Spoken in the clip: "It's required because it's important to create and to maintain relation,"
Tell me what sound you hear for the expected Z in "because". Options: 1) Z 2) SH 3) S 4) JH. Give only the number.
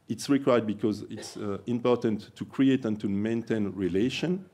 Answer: 1